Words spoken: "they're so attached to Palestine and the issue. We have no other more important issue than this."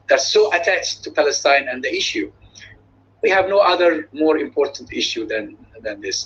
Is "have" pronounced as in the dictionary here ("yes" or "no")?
yes